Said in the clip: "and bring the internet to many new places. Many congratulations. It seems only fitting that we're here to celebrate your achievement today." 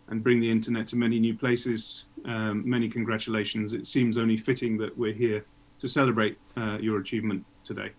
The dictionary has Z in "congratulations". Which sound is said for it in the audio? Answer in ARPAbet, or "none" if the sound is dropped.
Z